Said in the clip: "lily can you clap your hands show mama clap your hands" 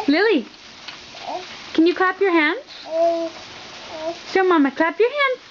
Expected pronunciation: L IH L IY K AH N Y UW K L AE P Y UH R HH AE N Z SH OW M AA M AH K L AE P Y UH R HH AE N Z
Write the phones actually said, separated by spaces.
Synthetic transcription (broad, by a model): L IH L IY K AH N Y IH K L AE P Y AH R HH AE N Z S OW M AA M AH K L AE P Y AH R HH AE N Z